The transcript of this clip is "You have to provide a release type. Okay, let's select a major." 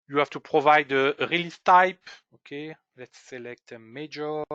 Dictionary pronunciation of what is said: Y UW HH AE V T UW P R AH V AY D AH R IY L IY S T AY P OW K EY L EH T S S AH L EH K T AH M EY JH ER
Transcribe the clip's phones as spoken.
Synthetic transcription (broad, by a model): Y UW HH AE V T UW P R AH V AY D AH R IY L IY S T AY P OW K EY L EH T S S AH L EH K T AH M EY JH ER